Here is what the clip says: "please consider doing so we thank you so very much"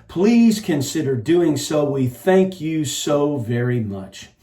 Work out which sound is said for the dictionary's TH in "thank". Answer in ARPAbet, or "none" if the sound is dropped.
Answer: TH